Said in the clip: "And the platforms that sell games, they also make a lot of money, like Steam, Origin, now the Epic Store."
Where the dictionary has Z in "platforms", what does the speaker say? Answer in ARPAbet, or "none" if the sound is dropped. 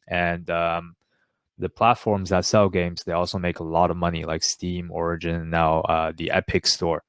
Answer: Z